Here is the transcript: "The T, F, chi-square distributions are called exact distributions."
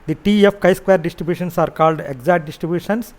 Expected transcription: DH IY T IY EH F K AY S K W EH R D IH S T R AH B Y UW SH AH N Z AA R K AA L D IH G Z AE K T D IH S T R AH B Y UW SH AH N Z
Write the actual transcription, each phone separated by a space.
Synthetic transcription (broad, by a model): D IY T IY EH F K AY S K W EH R D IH S T R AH B Y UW SH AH N S AA R K AA L D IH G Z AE T D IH S T R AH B Y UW SH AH N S